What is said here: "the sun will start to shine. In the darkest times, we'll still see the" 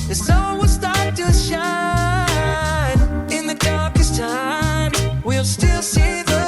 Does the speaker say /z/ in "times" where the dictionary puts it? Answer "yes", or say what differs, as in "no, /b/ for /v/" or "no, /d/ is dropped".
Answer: no, /z/ is dropped